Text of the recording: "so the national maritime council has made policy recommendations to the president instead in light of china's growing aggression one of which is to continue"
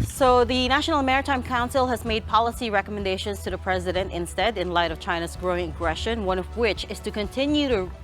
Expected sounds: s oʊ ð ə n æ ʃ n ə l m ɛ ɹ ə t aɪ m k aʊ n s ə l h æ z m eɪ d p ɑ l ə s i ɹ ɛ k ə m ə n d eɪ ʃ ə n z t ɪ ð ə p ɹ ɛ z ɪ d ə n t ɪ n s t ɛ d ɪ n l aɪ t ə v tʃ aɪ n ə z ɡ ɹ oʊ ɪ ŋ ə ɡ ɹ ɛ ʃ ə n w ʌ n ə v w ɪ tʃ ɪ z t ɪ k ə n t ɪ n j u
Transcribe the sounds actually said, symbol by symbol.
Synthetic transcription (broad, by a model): s oʊ ð ə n æ ʃ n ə m ɛ ɹ ə t aɪ m k aʊ n s l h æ z m eɪ d p ɑ l ə s i ɹ ɛ k ə m ə n d eɪ ʃ ə n z t ɪ ð ə p ɹ ɛ z ɪ d ə n t ɪ n s t ɛ d ɪ n l aɪ t ə v tʃ aɪ n ə z ɡ ɹ oʊ ɪ ŋ ə ɡ ɹ ɛ ʃ ə n w ʌ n ə v w ɪ tʃ ɪ z t ɪ k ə n t ɪ n j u